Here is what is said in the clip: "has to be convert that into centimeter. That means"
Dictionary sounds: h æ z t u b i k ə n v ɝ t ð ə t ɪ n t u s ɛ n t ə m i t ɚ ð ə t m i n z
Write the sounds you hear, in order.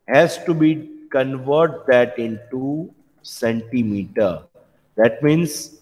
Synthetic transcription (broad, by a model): h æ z t u b i k ə n v ɝ t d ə t ɪ n t u s ɛ n t ə m i t ɚ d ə t m i n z